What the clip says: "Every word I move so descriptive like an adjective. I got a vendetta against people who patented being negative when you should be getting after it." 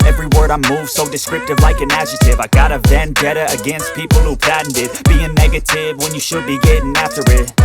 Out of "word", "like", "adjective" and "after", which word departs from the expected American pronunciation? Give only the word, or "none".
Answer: adjective